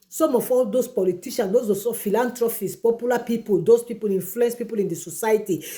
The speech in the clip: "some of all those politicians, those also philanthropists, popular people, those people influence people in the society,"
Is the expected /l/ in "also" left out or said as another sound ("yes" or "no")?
yes